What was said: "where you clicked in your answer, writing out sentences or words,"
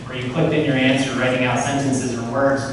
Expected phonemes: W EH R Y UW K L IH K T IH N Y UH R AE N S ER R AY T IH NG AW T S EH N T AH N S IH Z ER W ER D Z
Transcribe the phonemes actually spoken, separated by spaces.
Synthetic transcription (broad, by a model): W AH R Y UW K L IH K T IH N Y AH R AE N S ER R AY T IH NG AW T S EH N T AH N S IH Z ER W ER D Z